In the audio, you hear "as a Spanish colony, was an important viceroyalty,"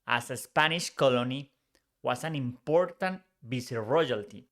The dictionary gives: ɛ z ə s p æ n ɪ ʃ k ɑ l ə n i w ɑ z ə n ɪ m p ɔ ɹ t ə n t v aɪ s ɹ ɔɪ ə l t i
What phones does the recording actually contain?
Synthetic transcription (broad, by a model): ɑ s ə s p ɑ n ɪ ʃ k ɑ l ə n i w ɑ s ə n ɪ m p ɔ ɹ t ə n t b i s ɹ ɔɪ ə l t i